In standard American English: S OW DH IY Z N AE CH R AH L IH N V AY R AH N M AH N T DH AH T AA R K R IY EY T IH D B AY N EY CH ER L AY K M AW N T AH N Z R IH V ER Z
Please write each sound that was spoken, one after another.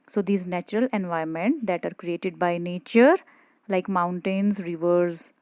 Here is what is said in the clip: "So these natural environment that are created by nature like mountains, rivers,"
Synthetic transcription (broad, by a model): S OW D IY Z N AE CH R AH L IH N V AY AH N M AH N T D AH T AA R K R IY EY T IH D B AY N EY CH ER L AY K M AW N T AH N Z R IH V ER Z